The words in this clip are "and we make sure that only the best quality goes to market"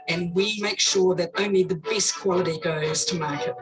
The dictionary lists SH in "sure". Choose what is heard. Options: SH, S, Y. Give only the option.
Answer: SH